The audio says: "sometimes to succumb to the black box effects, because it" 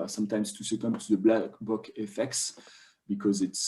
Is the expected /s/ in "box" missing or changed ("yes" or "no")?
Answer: yes